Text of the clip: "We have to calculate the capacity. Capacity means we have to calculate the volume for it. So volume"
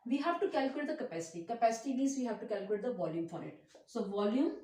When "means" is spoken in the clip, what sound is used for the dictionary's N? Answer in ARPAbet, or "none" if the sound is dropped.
none